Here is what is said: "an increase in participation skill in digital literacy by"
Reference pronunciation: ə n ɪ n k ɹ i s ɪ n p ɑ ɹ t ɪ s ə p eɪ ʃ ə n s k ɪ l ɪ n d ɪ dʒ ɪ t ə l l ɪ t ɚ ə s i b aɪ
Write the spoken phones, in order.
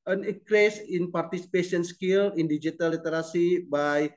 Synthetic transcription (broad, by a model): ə n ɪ k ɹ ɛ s ɪ n p ɑ ɹ t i s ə p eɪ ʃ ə n s k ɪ l ɪ n d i dʒ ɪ t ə l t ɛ t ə s i b aɪ